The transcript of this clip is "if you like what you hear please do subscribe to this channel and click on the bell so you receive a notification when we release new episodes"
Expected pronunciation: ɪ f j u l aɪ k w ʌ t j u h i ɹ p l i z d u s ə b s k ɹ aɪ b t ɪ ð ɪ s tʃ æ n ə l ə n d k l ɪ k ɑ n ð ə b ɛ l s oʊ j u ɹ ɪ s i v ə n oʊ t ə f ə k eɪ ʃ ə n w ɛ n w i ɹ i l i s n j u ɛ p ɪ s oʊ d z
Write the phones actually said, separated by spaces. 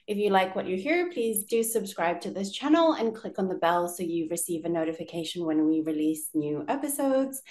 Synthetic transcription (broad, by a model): ɪ f j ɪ l aɪ k w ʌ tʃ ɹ h i ɹ p l i z d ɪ s ə b s k ɹ aɪ b t ɪ ð ɪ s tʃ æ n l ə n k l ɪ k n ð ə b ɛ l s oʊ j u ɹ ɪ s i v ə n oʊ t ə f ə k eɪ ʃ ə n w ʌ n w i ɹ i l i s n j u ɛ p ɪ s oʊ d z